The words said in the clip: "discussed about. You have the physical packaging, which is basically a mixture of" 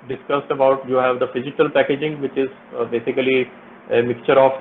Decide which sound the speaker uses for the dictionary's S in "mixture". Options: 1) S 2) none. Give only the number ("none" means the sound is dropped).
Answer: 2